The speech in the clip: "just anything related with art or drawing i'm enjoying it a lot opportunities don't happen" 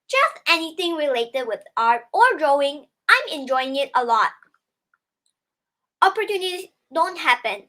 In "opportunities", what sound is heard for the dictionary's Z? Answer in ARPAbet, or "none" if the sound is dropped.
none